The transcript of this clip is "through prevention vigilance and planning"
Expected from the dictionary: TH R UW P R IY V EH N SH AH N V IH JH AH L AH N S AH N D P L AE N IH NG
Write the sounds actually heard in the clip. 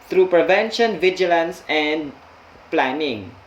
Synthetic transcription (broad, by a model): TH R UW P R IY V EH N SH AH N V IH JH AH L AH N S AH N D P L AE N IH NG